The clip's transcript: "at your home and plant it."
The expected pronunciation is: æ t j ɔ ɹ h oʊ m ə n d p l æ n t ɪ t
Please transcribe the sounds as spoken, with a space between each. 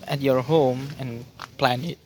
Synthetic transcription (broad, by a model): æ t j ɔ ɹ h oʊ m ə n p l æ n ɪ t